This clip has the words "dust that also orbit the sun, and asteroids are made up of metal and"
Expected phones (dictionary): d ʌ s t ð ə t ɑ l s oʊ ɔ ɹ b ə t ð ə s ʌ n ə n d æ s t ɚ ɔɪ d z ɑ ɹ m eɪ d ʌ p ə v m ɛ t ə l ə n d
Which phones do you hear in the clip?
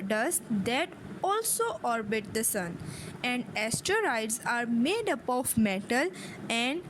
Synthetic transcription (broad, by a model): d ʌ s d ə t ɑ l s oʊ ɔ ɹ b ə t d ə s ʌ n ə n d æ s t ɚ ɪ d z ɑ ɹ m eɪ d ʌ p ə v m ɛ t ə l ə n d